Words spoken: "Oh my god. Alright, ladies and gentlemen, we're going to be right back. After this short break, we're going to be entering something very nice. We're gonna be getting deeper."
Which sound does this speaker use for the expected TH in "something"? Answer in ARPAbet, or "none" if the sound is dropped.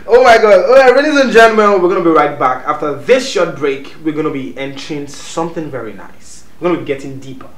TH